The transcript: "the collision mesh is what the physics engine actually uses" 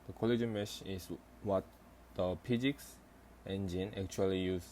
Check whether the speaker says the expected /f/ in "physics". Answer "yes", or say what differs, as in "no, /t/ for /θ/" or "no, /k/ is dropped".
no, /p/ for /f/